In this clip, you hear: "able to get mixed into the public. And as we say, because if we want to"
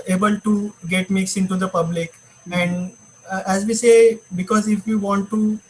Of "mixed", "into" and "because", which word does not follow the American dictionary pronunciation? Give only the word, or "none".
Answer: mixed